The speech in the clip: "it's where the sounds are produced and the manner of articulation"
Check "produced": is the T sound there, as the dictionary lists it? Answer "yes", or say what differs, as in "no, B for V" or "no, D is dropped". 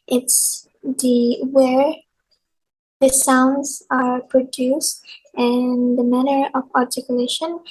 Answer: yes